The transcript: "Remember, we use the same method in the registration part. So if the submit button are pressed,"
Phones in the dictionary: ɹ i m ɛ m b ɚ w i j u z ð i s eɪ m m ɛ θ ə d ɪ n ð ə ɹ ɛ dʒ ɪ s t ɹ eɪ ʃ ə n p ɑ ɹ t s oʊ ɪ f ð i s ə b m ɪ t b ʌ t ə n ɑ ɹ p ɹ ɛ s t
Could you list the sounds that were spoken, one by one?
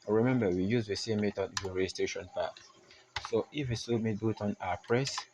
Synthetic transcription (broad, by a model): ɹ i m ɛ m b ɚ w i j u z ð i s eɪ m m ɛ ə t ɪ n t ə ɹ ɛ dʒ ɪ s t ɹ eɪ ʃ ə n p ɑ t s oʊ ɪ f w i s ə m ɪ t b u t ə n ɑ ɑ p ɹ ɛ s